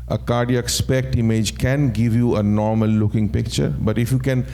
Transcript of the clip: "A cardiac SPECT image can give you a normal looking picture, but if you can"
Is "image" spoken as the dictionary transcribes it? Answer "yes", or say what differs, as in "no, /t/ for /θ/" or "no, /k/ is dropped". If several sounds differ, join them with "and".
yes